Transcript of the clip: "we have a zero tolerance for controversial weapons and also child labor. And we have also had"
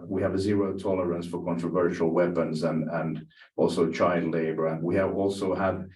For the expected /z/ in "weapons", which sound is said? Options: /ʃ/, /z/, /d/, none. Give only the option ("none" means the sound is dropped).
/z/